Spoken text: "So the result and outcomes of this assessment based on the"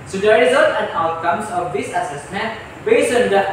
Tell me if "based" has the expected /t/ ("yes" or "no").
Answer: no